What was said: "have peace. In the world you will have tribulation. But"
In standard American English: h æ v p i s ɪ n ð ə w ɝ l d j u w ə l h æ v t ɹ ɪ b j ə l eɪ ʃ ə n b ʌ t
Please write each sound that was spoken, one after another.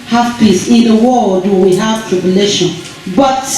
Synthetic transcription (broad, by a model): h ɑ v p i s ɪ n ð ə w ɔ d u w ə h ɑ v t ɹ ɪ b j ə l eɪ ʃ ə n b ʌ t